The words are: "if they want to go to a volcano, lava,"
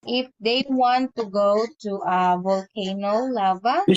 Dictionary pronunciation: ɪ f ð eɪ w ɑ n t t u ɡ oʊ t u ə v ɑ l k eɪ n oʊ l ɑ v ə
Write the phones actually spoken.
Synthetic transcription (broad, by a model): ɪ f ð eɪ w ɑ n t t u ɡ oʊ t u ə v ɑ l k eɪ n oʊ l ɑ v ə